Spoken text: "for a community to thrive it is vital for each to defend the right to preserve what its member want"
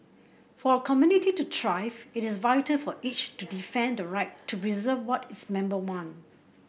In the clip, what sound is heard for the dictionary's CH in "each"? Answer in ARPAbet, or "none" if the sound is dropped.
CH